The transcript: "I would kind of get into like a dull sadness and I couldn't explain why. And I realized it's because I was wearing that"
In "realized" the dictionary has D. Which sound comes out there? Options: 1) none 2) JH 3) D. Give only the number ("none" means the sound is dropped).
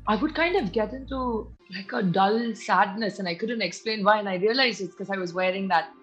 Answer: 1